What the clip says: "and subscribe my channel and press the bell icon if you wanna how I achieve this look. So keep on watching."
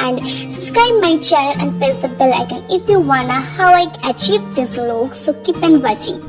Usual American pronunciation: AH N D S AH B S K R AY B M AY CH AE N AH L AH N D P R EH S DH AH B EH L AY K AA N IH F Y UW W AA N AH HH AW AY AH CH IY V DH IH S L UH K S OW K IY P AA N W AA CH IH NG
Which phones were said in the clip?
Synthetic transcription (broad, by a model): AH N D S AH B S K R AY B M AY CH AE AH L AH N D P EH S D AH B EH L AY K AA N IH F Y UW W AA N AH HH AW AY AH CH IY V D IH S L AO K S OW K IY P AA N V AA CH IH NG